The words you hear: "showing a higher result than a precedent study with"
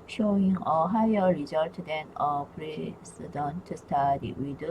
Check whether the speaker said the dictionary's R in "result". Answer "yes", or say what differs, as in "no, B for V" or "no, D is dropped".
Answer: yes